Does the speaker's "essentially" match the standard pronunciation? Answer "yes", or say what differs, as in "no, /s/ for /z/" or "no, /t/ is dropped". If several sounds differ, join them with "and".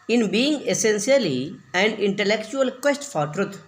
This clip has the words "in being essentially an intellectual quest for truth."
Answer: no, /s/ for /ʃ/